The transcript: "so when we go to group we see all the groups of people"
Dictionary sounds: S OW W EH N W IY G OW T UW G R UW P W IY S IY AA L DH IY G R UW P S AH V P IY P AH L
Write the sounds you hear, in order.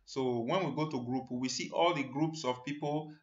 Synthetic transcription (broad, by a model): S OW W EH N W IY G OW T UW G R UW P W IY S IY AA L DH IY G R UW P S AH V P IY P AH L